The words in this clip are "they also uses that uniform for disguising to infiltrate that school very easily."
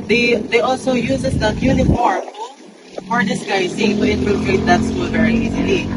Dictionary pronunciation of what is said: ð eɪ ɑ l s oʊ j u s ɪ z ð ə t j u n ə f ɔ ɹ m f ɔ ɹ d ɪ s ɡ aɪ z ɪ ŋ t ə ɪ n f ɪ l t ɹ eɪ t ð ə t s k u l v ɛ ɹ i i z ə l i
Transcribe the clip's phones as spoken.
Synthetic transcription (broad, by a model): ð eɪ ɑ l s oʊ j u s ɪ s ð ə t j u n ə f ɔ ɹ m f ɔ ɹ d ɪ s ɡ aɪ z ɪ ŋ t ə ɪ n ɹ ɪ t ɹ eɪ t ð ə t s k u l v ɛ ɹ i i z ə l i